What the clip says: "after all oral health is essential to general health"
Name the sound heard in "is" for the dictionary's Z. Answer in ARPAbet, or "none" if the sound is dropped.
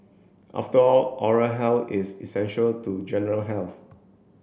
S